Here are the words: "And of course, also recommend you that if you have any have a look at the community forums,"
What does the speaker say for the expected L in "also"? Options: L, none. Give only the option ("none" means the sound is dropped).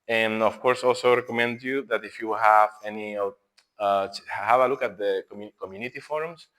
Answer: L